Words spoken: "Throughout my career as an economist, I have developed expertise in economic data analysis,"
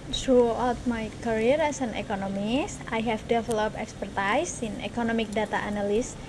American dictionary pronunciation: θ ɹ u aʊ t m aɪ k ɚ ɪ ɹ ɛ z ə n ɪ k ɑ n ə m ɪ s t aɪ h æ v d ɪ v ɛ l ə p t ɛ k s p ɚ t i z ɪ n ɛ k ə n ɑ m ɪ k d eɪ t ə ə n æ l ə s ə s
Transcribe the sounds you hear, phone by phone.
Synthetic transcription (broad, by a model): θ ɹ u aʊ t m aɪ k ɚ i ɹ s ə n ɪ k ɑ n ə m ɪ s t aɪ h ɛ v d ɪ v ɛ l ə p ɛ k s p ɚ t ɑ s ɪ n ɛ k ə n ɑ m ɪ k d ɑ t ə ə n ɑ l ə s s